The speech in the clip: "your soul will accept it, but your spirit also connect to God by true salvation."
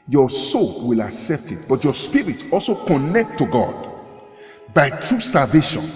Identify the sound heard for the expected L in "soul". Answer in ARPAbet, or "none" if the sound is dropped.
L